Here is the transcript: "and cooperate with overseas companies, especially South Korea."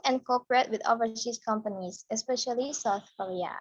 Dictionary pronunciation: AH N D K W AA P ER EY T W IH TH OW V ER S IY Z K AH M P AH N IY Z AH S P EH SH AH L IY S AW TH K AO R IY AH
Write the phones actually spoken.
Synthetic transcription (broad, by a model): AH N K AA P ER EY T W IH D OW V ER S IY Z K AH M P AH N IY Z AH S P EH SH AH L IY S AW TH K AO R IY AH